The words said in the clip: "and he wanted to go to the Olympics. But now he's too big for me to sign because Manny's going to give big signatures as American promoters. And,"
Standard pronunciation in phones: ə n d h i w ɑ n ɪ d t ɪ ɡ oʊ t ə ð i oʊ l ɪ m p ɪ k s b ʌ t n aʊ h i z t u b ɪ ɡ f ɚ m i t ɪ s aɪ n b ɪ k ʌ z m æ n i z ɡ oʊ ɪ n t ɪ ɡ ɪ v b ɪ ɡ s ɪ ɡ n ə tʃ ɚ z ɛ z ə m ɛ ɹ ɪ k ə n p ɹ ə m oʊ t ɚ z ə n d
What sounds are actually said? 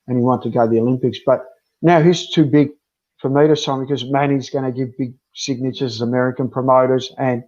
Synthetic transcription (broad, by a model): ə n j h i w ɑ n t ɪ ɡ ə ð i oʊ l ɪ m p ɪ k s b ʌ t n aʊ h i z t u b ɪ ɡ f ɚ m i t ɪ s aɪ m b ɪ k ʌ z m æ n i z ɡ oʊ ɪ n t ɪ ɡ ɪ v b ɪ ɡ s ɪ ɡ n ə tʃ ɚ z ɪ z ə m ɛ ɹ ɪ k ə n p ɹ ə m oʊ t ɚ z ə n